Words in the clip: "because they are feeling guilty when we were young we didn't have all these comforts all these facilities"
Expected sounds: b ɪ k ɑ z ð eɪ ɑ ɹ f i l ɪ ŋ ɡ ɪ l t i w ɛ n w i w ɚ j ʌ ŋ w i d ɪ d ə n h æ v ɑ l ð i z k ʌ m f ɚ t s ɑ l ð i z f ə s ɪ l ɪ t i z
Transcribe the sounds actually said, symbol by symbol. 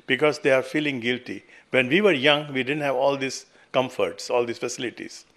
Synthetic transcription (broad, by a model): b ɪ k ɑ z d eɪ ɑ ɹ f i l ɪ ŋ ɡ ɪ l t i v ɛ n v i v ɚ j ʌ ŋ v i d ɪ d ə n h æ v ɑ l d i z k ʌ m f ɚ t s ɑ l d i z f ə s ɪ l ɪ t i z